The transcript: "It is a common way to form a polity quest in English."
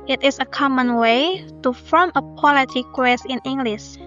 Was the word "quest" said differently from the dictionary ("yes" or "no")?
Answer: yes